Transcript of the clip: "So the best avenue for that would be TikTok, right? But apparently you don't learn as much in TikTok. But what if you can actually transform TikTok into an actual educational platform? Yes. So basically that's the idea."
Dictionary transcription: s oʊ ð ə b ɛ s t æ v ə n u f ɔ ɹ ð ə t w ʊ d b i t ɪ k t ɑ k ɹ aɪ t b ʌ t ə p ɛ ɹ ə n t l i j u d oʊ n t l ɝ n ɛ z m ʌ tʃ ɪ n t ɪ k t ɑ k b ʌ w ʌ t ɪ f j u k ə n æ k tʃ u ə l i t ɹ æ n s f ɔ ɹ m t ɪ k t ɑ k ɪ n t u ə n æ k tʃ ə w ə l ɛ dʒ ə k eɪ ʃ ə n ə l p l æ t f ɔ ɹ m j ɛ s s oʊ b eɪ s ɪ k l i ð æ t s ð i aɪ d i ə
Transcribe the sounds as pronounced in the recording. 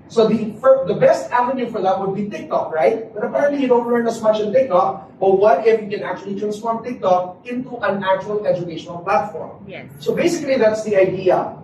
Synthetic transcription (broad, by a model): s oʊ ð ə b ɛ s t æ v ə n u f ɔ ɹ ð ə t w ʊ d b i t ɪ k t ɑ k ɹ aɪ t b ʌ t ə p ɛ ɹ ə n t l i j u d oʊ n t l ɝ n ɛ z m ʌ tʃ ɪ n t ɪ k t ɑ k b ʌ w ʌ t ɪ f j u k ə n æ k tʃ u ə l i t ɹ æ n s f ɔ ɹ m t ɪ k t ɑ k ɪ n t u ə n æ k tʃ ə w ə l ɛ dʒ ə k eɪ ʃ ə n ə l p l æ t f ɔ ɹ m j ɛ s s oʊ b eɪ s ɪ k l i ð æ t s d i aɪ d i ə